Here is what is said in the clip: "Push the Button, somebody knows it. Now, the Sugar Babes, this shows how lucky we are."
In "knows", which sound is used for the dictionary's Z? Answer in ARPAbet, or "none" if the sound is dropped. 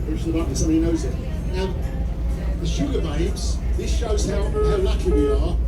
Z